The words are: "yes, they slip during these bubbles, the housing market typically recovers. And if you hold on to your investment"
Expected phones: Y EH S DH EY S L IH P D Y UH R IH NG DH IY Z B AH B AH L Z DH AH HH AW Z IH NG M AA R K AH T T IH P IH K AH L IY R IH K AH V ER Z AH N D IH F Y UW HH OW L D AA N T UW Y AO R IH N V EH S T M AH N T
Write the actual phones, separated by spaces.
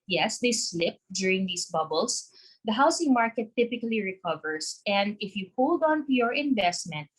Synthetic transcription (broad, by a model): Y EH S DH EY S L IH P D Y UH R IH NG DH IY S B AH B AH L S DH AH HH AW S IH NG M AA R K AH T T IH P IH K AH L IY R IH K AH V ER S AH N D IH F Y UW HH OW L D AA N T UW Y AO R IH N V EH S T M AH N T